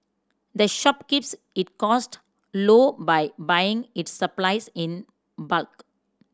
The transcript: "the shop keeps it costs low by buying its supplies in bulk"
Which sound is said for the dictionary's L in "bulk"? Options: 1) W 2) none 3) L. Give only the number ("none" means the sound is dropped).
3